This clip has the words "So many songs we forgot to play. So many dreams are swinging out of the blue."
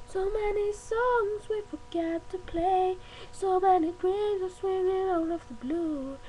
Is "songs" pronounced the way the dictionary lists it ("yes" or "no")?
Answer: yes